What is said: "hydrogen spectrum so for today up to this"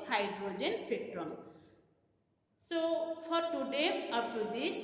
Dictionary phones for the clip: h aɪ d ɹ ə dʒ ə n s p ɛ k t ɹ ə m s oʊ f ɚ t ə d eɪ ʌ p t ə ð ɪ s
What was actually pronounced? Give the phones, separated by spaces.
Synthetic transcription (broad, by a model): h aɪ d ɹ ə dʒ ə n s p ɛ k t ɹ ə m s oʊ p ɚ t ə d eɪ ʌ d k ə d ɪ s